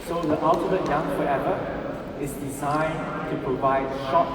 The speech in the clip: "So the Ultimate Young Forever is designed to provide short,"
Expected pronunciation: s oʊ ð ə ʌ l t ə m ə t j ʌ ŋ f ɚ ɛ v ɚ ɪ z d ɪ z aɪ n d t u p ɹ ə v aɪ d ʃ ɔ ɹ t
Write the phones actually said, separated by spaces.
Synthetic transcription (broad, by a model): s oʊ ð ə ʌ l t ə m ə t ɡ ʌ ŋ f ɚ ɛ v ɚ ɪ s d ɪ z aɪ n t u p ɹ ə v aɪ d ʃ ɔ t